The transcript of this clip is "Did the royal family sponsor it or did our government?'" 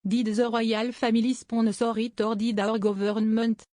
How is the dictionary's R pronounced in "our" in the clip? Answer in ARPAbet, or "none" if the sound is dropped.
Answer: R